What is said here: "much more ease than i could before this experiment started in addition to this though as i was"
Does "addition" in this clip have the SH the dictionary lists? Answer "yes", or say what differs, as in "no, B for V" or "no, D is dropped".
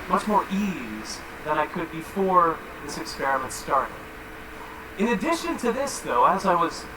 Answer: yes